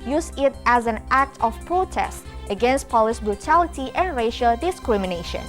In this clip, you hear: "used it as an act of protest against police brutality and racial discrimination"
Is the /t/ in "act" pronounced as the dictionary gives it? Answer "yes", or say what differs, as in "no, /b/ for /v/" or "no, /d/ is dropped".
yes